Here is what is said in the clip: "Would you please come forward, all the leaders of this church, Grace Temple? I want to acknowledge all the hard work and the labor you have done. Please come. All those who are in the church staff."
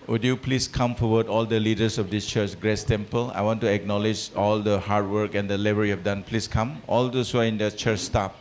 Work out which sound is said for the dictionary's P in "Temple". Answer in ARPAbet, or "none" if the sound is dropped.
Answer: P